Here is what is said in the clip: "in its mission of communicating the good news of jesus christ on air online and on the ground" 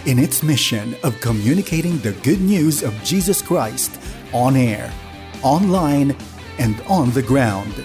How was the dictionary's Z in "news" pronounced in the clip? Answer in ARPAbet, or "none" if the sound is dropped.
Z